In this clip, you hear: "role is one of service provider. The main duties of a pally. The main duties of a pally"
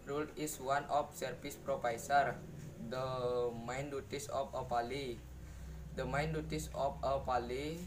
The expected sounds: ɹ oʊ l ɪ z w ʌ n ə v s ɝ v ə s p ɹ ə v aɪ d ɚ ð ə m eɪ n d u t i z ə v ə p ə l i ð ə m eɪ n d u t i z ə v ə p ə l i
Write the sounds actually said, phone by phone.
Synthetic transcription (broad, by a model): ɹ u l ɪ s w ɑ n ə f s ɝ f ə s p ɹ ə p aɪ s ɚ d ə m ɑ n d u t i s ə f ə p ə l i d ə m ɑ n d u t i s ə f ə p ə l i